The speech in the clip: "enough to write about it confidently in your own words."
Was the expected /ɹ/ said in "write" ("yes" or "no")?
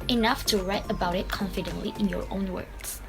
yes